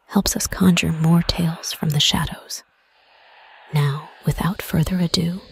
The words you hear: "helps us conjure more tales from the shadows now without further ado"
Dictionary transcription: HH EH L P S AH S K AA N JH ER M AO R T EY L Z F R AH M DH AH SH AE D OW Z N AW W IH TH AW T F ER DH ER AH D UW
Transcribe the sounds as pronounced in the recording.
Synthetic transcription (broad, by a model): HH EH L P S AH S K AA N JH ER M AO R T EY L Z F R AH M DH AH SH AE D OW Z N AW W IH TH AW T F ER DH ER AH D UW